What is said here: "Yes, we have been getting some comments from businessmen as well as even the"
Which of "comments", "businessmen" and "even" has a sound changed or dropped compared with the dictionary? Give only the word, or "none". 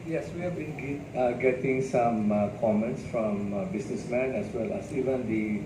businessmen